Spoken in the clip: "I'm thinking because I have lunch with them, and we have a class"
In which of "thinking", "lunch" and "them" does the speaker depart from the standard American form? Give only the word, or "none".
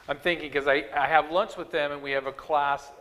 lunch